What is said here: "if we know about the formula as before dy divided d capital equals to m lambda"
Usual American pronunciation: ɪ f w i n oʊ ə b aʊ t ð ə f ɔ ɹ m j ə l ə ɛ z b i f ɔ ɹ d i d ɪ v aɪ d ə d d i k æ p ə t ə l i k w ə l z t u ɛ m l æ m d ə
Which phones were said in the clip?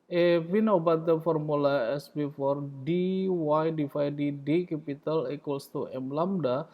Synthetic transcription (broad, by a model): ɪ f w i n oʊ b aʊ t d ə f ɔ ɹ m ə l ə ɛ s b i f ɔ ɹ d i d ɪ f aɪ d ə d d i k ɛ p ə t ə l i k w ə l s t u ɛ m l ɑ m d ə